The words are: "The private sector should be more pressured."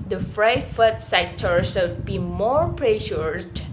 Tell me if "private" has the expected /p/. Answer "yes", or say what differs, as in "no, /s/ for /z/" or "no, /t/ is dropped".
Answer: no, /f/ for /p/